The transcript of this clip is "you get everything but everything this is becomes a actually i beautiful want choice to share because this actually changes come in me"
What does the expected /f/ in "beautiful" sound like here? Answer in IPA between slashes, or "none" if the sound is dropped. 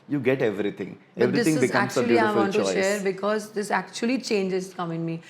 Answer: none